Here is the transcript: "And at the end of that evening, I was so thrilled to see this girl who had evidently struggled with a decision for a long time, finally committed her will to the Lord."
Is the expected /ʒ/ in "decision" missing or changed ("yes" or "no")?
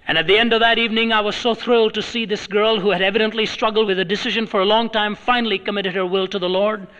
no